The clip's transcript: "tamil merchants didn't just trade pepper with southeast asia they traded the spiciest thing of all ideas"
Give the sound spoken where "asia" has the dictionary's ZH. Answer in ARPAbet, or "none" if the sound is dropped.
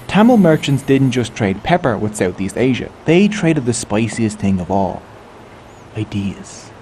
ZH